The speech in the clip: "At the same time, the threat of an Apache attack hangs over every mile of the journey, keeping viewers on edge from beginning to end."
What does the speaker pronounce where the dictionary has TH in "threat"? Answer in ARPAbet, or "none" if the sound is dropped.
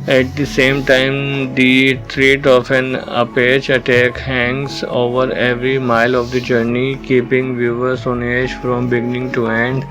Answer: T